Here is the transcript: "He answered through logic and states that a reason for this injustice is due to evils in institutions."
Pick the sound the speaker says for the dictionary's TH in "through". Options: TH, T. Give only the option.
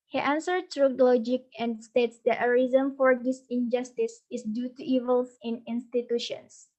T